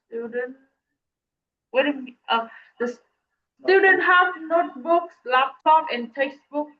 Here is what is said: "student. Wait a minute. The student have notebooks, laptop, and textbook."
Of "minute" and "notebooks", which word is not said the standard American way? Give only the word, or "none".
minute